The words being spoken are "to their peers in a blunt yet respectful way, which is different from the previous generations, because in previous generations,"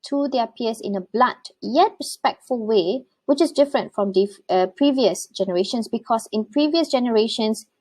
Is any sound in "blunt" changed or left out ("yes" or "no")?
yes